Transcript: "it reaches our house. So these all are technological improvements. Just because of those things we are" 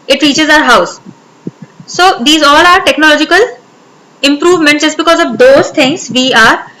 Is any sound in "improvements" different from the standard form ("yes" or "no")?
yes